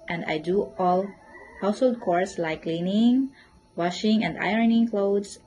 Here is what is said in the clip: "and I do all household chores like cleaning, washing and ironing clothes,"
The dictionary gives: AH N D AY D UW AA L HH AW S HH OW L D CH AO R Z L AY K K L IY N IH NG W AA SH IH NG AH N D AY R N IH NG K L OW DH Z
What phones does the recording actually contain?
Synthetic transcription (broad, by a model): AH N D AY D UW AA L HH AW S HH OW L D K AO R S L AY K K L IY N IH NG W AA SH IH NG AH N D AY R N IH NG K L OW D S